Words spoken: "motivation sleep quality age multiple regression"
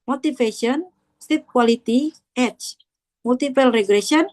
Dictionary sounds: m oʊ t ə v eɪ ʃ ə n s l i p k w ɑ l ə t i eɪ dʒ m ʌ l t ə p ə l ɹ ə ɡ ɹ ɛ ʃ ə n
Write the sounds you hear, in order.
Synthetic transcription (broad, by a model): m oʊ t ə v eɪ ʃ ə n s i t k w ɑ l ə t i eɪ tʃ m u l t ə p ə l ɹ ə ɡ ɹ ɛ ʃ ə n